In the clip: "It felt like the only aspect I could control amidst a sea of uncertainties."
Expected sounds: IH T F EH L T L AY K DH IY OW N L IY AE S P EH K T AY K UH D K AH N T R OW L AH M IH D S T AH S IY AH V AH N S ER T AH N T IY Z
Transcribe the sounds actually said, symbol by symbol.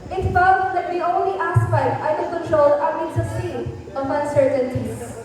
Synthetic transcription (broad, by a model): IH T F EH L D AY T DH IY OW N L IY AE S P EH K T AY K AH K AH N T R OW L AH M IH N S AH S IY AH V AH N S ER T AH N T IY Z